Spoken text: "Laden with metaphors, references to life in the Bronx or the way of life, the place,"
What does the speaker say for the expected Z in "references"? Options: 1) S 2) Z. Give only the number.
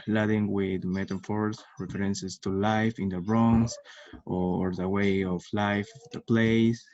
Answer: 1